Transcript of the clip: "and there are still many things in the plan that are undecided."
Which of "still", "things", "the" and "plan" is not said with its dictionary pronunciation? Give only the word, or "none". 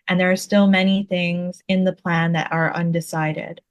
none